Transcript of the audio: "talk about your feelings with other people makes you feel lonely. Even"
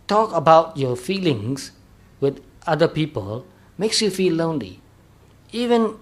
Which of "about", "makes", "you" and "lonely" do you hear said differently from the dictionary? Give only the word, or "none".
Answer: none